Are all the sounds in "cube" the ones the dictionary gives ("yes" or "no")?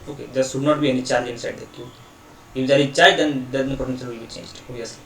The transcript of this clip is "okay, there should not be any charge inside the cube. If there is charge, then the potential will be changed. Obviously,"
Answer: no